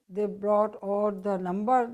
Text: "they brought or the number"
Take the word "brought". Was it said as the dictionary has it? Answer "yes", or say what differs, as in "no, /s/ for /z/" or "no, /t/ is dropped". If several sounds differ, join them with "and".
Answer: yes